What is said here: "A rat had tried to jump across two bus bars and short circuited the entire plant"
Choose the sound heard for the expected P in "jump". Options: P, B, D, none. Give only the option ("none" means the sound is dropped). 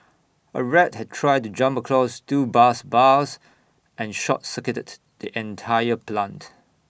P